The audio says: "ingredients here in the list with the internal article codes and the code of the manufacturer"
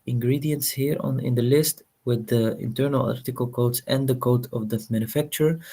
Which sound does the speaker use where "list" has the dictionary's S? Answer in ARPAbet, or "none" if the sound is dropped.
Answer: S